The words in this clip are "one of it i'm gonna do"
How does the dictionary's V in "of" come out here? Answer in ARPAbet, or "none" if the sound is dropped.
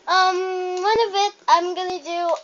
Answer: V